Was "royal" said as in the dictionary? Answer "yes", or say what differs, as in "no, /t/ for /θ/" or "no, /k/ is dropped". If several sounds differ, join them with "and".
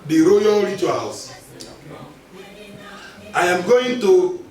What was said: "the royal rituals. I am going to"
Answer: yes